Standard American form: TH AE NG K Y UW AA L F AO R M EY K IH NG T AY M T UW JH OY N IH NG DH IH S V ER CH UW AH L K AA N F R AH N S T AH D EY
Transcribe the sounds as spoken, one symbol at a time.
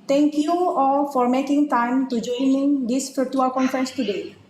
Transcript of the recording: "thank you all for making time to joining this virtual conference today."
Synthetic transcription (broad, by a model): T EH NG K Y UW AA F AO R M EY K IH NG T AY M T UW JH OY N IH NG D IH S F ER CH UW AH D K AA N F R AH N S T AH D EY